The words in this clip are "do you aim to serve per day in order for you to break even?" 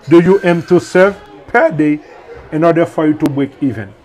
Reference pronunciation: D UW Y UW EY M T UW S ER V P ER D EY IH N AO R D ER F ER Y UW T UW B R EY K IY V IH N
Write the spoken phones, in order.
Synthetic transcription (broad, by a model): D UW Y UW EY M T UW S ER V P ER D EY IH N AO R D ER F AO Y UW T UW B W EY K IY V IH N